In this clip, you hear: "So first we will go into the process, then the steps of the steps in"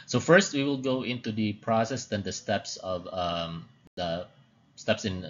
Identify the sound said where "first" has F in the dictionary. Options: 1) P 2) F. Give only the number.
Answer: 2